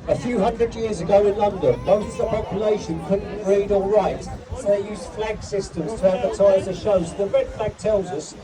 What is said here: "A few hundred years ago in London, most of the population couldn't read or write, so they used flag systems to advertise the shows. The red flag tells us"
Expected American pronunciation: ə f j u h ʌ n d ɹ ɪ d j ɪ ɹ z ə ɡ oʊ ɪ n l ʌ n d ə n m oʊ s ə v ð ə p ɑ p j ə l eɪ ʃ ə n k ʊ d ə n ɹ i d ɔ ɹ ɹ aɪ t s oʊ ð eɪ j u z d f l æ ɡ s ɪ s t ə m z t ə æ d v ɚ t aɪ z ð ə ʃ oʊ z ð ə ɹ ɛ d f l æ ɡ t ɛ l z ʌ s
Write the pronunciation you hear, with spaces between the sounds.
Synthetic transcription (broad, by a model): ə f j u h ʌ n d ɹ ɪ d j ɪ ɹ z ə ɡ oʊ ɪ n l ʌ n d ə n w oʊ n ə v ð ə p ɑ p j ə l eɪ ʃ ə n k ʊ d n ɹ i d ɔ l ɹ aɪ t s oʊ ð eɪ j u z f l æ ɡ s ɪ s t ə m z t ə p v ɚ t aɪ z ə ʃ oʊ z ð ə ɹ ɛ d f l æ ɡ t ɛ l z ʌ s